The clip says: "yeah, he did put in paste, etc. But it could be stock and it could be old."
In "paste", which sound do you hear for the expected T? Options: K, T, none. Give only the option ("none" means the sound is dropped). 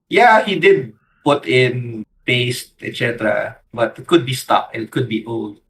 T